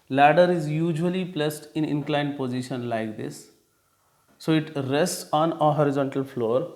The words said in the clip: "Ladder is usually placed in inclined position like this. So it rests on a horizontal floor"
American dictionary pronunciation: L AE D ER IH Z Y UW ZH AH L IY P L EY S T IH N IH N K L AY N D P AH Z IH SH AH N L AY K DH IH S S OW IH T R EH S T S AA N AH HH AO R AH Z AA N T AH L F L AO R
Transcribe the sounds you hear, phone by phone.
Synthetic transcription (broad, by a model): L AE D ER IH Z Y UW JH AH L IY P L EY S T IH N IH N K L AY N D P AH Z IH SH AH N L AY K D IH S S OW IH T R EH S T S AA N AH HH AO R AH Z AA N T AH L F L AO R